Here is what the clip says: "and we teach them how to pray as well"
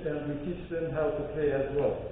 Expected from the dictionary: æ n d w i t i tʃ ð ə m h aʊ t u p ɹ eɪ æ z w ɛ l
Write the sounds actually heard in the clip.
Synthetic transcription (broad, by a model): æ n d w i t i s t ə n h aʊ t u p l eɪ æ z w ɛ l